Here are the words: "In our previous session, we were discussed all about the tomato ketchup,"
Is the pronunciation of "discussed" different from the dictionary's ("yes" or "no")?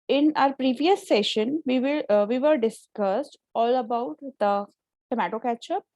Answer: no